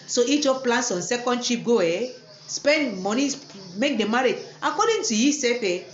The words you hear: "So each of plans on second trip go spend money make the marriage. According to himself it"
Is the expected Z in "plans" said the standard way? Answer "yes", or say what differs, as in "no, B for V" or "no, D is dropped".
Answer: no, S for Z